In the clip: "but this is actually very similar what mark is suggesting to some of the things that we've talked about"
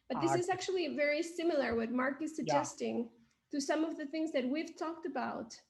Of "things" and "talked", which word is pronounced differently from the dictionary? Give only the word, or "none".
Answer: none